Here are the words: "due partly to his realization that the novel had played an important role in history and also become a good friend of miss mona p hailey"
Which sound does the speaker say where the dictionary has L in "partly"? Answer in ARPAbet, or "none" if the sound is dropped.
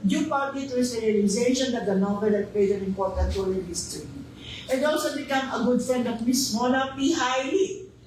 none